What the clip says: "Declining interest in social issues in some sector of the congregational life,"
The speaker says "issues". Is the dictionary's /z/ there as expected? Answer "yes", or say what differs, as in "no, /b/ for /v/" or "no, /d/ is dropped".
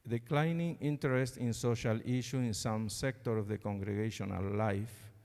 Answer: no, /z/ is dropped